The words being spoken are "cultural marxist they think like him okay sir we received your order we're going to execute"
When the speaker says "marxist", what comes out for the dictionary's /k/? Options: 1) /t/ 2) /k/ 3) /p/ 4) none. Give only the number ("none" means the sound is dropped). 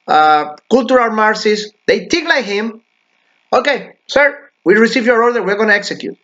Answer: 4